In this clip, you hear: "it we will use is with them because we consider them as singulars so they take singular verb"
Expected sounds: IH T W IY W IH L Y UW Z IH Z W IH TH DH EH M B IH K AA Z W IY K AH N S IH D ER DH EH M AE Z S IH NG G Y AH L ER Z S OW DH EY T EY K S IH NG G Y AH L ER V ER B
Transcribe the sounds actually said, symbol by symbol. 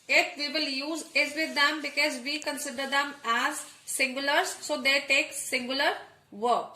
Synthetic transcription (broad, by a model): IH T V IY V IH L Y UW Z IH Z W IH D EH M B IH K AA Z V IY K AH N S IH D ER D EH M AE Z S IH NG G Y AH L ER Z S OW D EY T EY K S IH NG G Y AH L ER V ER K